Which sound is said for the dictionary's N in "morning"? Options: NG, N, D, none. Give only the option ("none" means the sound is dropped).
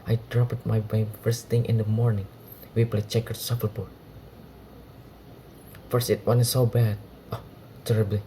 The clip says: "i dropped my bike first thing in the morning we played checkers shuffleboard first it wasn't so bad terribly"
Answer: N